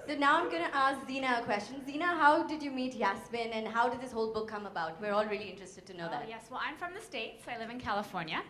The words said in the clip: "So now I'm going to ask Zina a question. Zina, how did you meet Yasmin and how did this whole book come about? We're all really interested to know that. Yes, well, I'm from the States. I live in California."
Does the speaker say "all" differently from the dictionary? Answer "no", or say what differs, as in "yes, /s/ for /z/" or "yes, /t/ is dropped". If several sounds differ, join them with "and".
no